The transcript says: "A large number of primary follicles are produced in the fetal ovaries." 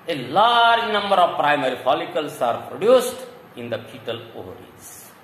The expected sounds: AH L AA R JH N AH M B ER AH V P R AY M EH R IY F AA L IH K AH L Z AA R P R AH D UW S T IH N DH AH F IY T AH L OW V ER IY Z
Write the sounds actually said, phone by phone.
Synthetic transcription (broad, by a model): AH L AA R JH N AH M B ER AH V P R AY M EH R IY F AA L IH K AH L S AA R P R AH D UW S T IH N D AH P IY T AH L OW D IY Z